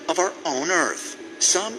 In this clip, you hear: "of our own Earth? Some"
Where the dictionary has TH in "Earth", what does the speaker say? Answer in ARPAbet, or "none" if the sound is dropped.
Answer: TH